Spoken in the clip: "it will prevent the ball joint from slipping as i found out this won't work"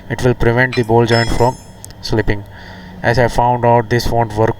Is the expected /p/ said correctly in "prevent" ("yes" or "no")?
yes